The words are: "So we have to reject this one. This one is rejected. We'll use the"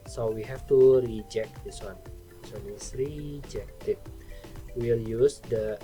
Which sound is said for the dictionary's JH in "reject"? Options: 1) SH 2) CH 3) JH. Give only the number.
3